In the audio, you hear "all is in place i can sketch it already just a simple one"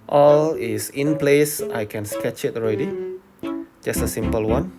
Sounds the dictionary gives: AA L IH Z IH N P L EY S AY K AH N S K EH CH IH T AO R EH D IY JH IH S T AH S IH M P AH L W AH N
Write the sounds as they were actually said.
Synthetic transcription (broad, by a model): AA L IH S IH N P L EY S AY K AH N S K EH CH IH T AO R EH D IY JH IH S T AH S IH M P AH L W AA N